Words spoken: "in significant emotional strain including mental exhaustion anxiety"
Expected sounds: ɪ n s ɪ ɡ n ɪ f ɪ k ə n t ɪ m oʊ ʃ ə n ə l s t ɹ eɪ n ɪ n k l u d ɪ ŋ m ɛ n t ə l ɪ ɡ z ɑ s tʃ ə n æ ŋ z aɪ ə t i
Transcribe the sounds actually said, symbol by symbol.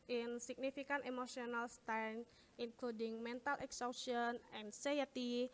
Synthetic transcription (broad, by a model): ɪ n s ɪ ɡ n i f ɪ k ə n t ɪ m oʊ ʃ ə n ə l s t eɪ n ɪ n k l u d ɪ ŋ m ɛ n t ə l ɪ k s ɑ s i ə n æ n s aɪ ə t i